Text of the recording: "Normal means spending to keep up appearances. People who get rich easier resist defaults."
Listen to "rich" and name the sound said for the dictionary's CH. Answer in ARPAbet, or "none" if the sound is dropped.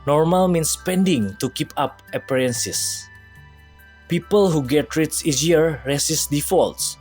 S